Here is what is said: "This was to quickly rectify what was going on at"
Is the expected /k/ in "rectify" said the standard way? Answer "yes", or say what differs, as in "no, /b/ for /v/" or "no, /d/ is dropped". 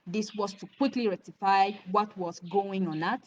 no, /k/ is dropped